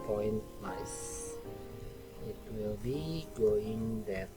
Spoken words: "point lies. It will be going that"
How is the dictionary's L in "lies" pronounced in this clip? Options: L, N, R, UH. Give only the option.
N